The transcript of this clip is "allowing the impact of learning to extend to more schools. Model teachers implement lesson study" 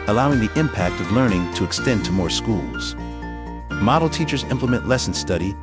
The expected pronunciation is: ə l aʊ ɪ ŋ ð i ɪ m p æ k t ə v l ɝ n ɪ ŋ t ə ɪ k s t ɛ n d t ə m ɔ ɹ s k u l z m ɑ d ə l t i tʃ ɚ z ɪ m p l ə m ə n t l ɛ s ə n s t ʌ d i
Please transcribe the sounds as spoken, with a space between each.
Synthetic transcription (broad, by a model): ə l aʊ ɪ ŋ ð i ɪ m p æ k t ə v l ɝ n ɪ ŋ t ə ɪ k s t ɛ n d t ə m ɔ ɹ s k u l z m ɑ d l t i tʃ ɚ z ɪ m p l ə m ə n t l ɛ s n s t ʌ d i